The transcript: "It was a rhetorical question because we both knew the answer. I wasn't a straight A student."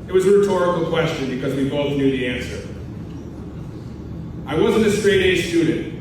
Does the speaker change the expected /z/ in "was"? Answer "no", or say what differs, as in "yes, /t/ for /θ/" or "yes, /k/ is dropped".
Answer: no